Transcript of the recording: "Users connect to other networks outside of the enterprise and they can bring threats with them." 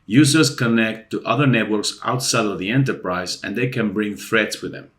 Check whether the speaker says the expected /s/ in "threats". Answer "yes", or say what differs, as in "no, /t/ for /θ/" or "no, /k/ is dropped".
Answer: yes